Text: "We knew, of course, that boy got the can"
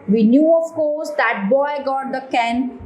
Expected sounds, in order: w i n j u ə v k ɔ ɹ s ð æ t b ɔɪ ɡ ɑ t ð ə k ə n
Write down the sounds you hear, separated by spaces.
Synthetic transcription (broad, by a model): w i n j u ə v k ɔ l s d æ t b ɔɪ ɡ ɑ t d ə k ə n